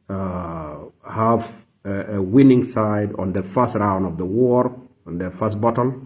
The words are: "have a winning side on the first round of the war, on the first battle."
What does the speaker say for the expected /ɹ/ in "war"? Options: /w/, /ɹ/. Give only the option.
/ɹ/